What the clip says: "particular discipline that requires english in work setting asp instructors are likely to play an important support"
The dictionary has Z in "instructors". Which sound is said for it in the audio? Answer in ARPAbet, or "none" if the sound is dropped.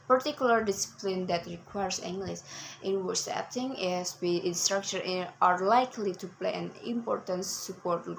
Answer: none